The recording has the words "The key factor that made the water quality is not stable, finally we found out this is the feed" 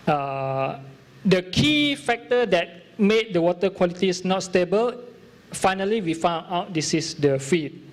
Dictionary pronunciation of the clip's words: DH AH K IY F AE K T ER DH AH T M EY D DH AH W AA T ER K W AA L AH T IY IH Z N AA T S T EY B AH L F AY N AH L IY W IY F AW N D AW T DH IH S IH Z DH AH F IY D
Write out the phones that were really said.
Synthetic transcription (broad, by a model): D AH K IY F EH K T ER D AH T M EY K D AH W AA T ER K W AA L AH T IY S N AA T S T EY B AH L F AY N AH L IY W IY F AW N AW T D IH S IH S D AH F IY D